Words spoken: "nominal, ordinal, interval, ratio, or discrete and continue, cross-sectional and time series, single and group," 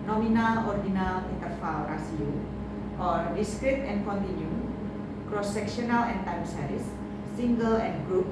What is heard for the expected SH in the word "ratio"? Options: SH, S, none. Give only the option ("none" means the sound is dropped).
S